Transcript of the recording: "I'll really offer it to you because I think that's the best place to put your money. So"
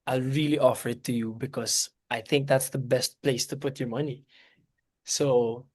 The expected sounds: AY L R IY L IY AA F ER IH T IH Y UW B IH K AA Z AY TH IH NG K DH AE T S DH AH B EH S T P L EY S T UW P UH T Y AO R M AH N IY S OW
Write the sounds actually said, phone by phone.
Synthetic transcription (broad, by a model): AY L R IY L IY AA F ER IH T IH Y UW B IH K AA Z AY TH IH NG K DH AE T S DH AH B EH S T P L EY S T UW P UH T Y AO R M AH N IY S OW